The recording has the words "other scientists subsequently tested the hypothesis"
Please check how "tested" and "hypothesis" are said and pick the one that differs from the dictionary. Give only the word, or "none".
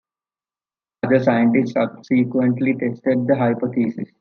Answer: hypothesis